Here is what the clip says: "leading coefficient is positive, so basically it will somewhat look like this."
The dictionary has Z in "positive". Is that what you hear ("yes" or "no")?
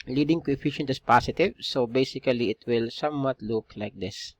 no